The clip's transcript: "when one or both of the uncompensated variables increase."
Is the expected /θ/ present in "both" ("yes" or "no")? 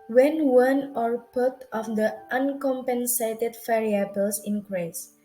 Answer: no